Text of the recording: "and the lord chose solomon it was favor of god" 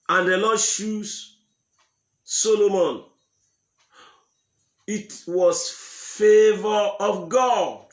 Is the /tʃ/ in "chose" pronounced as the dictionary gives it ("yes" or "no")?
no